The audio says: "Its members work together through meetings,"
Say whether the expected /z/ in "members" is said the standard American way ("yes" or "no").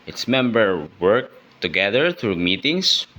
no